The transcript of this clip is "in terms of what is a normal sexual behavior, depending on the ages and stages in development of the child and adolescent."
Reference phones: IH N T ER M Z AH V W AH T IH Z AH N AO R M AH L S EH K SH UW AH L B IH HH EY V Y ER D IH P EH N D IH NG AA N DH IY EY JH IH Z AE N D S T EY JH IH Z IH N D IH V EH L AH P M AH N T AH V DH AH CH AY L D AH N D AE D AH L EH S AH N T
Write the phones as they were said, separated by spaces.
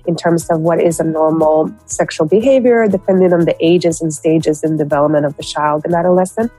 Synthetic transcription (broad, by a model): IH N T ER M Z AH V W AH T IH Z AH N AO R M L S EH K SH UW L B IH HH EY V Y ER D IH P EH N D IH NG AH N DH IY EY JH IH Z N S T EY JH IH Z IH N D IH V EH L AH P M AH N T AH V DH AH CH AY L D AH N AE D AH L EH S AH N